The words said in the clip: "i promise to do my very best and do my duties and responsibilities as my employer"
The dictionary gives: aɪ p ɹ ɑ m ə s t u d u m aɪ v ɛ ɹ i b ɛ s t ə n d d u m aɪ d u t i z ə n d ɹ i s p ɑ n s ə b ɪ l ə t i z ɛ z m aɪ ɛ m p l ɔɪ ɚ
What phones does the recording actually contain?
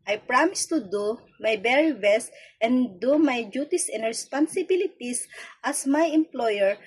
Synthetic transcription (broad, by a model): aɪ p ɹ ɑ m ə s t u d u m aɪ b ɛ ɹ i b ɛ s t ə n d d u m aɪ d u t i s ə n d ɹ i s p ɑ n s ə b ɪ l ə t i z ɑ s m aɪ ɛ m p l ɔɪ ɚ